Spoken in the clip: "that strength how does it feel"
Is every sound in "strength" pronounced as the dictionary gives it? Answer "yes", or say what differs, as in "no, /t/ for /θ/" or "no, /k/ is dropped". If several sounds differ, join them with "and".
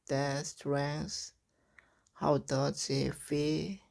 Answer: no, /s/ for /θ/